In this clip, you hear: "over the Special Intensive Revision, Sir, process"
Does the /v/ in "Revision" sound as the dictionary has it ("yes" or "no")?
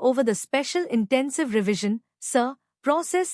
yes